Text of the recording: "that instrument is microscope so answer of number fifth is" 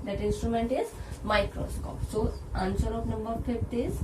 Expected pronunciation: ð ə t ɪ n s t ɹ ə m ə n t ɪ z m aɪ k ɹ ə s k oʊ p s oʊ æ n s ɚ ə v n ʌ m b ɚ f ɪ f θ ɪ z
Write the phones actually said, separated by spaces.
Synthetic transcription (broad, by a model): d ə t ɪ n s t ɹ ə m ə n t ɪ z m aɪ k ɹ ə s k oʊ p s oʊ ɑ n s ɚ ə p n ʌ m b ɚ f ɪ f t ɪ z